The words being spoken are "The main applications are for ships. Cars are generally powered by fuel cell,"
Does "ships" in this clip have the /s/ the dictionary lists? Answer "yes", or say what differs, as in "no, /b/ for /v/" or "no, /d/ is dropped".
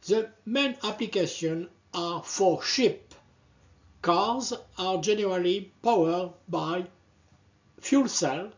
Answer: no, /s/ is dropped